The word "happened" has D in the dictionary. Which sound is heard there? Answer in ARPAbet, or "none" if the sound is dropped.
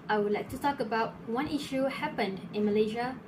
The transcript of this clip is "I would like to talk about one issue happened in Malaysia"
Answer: D